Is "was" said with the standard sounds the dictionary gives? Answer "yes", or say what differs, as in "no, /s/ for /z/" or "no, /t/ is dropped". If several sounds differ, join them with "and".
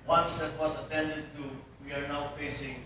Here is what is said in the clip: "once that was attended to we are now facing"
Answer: no, /s/ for /z/